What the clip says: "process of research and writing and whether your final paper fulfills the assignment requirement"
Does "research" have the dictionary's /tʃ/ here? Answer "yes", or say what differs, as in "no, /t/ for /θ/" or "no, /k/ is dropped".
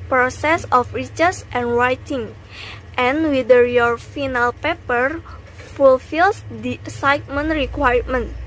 no, /s/ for /tʃ/